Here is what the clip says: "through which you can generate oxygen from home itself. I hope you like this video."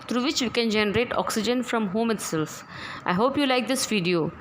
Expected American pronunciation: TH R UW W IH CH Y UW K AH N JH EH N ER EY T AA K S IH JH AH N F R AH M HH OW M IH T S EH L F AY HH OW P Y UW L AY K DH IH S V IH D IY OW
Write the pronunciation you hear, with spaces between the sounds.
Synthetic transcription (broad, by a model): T R UW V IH CH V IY K AH N JH EH N ER EY T AA K S IH JH AH N F R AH M HH OW M IH T S EH L F AY HH OW P Y UW L AY K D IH S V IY D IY OW